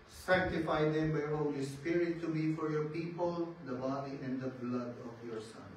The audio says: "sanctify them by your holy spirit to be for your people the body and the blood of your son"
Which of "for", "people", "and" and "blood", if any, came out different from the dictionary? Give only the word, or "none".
none